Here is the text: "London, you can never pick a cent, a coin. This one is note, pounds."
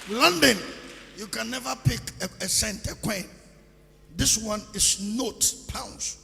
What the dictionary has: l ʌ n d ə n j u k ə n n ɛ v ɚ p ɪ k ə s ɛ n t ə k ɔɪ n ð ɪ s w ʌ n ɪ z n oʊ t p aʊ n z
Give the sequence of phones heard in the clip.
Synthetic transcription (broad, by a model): l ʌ n d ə n j u k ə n n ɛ v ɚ p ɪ k ə s ɛ n t ə k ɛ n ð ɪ s w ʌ n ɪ s n oʊ t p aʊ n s